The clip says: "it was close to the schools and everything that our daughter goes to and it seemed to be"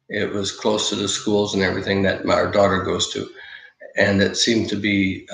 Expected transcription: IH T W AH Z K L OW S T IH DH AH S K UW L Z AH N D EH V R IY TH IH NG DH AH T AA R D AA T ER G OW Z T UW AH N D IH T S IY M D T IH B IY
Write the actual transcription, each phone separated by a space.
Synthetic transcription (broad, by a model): IH T W AH Z K L OW S T IH DH AH S K UW L Z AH N EH V R IY TH IH NG DH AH T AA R D AA T ER G OW Z T UW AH N IH T S IY M T IH B IY